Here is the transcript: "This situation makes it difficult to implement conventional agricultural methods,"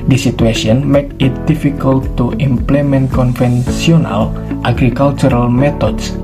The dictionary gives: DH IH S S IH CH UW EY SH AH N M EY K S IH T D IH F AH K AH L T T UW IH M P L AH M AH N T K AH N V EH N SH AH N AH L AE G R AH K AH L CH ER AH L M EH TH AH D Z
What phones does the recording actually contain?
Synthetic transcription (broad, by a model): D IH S S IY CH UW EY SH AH N M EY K IH T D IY F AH K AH L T T UW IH M P L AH M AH N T K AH N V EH N S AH N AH L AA G R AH K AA L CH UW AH L M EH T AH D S